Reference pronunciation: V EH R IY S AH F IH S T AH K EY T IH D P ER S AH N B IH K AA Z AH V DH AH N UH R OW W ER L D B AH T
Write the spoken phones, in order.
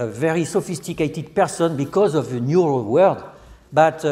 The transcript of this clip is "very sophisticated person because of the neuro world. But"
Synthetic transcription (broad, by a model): V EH R IY S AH F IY S T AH K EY T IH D P ER S AH N B IH K AA Z AH V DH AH N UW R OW W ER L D B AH T